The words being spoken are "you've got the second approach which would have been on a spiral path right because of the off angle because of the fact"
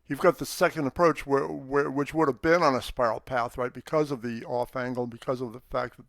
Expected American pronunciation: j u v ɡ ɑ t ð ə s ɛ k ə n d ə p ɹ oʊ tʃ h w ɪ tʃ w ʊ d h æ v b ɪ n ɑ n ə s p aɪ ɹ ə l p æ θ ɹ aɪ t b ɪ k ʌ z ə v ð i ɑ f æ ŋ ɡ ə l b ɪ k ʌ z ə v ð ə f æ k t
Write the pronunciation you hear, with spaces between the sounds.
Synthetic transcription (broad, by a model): j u v ɡ ɑ t ð ə s ɛ k ə n d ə p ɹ oʊ tʃ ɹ w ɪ tʃ w ʊ d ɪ v b ɪ n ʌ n ə s p aɪ ɹ l p æ θ ɹ aɪ t b ɪ k ʌ z ə v ð i ɑ f æ ŋ ɡ l b ɪ k ʌ z ə v ð ə f æ k t